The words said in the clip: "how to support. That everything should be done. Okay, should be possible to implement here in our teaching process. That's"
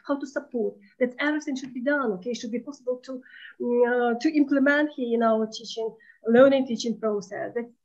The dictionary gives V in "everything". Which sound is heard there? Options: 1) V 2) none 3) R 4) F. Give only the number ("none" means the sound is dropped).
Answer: 2